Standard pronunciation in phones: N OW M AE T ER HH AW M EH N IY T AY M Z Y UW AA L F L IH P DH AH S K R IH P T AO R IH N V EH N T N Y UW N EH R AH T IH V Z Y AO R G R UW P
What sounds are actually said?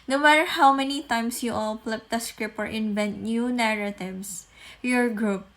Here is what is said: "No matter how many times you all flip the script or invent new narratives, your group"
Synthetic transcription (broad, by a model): N OW M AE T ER HH AW M EH N IY T AY M S Y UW AA L P L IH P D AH S K R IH P AO R IH N V EH N T N Y UW N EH R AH T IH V S Y AO R G R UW P